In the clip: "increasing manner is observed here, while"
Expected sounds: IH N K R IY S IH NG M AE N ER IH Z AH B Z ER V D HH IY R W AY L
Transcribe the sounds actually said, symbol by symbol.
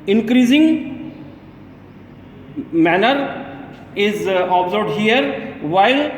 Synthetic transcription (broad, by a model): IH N K R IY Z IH NG M AE N ER IH Z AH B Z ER D HH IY R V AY L